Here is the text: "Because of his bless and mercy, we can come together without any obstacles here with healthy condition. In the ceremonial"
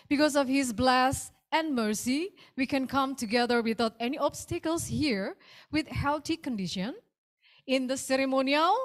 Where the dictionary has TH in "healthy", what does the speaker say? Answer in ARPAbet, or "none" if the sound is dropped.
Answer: T